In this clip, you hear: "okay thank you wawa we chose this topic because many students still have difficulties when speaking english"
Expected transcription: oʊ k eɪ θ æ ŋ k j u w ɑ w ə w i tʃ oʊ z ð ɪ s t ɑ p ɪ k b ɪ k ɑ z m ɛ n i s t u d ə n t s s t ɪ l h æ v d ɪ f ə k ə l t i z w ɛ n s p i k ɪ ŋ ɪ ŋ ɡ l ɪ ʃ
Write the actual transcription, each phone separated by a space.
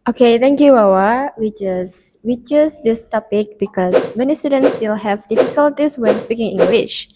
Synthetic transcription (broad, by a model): oʊ k eɪ t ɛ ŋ k j u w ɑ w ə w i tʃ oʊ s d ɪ s t ɑ p ɪ k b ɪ k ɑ s m ɛ n i s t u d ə n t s s t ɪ l h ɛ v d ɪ f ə k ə l t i s w ɛ n s p i k ɪ ŋ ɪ ŋ ɡ l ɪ ʃ